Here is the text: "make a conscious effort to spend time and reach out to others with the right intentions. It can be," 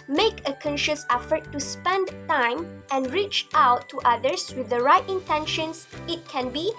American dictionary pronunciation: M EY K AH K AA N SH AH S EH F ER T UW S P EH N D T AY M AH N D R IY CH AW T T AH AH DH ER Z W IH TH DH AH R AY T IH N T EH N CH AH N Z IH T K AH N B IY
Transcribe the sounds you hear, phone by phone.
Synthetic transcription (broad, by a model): M EY K AH K AA N SH AH S EH F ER T UW S P EH N D T AY M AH N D R IY CH AW T T AH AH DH ER S W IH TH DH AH R AY T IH N T EH N SH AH N S IH T K AH N B IY